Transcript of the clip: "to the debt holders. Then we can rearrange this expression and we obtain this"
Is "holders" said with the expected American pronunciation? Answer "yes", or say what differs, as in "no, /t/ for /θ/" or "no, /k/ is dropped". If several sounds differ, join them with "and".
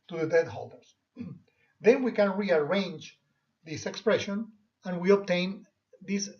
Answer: no, /s/ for /z/